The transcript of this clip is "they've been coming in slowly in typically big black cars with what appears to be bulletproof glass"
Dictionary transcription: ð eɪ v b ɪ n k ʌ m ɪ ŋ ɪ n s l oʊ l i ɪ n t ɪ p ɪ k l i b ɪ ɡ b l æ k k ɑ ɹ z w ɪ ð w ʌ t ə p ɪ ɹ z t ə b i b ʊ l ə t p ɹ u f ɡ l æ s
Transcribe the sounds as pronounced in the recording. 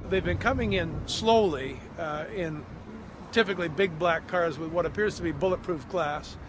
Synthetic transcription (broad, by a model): ð eɪ v b ɪ n k ʌ m ɪ ŋ ɪ n s l oʊ l i ɪ n t ɪ p ɪ k l i b ɪ ɡ b l æ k k ɑ ɹ z w ɪ ð w ʌ t ə p ɪ ɹ z t ə b i b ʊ l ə t p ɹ u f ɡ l æ s